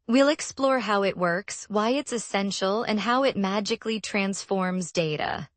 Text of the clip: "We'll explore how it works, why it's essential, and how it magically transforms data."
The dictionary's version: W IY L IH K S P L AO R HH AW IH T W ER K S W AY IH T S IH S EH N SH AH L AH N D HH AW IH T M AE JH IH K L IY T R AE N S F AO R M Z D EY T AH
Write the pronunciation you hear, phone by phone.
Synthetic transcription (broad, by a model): W IY L IH K S P L AO R HH AW IH T W ER K S W AY IH T S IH S EH N SH L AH N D HH AW IH T M AE JH IH K L IY T R AE N S F AO R M Z D EY T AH